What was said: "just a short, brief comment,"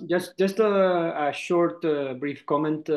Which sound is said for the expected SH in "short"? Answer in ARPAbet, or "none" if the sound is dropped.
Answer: SH